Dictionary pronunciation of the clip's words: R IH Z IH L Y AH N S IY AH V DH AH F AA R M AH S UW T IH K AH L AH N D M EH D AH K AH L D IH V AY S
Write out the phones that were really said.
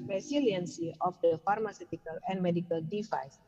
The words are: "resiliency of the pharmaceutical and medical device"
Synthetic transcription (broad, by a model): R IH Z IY L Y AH N S IY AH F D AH F AA R M AH S UW T IH K AH L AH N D M EH D AH K AH L D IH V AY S